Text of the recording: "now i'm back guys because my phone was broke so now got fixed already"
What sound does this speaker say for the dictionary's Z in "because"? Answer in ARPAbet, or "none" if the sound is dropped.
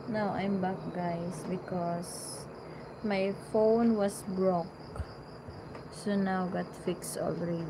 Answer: S